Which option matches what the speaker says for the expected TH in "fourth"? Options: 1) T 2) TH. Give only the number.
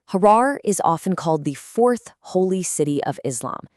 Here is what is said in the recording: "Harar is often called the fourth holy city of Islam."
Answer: 2